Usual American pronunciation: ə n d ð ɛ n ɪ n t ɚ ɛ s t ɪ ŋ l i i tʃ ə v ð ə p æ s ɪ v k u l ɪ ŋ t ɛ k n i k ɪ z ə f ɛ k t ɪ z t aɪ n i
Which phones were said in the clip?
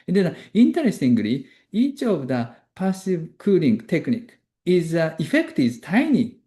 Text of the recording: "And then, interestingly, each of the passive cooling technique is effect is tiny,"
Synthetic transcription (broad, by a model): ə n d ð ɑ i n t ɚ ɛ s t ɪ ŋ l i i tʃ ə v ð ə p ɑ s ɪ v k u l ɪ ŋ t ɛ k n i k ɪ z ə f ɛ k t ɪ z t aɪ n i